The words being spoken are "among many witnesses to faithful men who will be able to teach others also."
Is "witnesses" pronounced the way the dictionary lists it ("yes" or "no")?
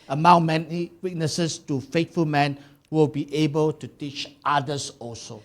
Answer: no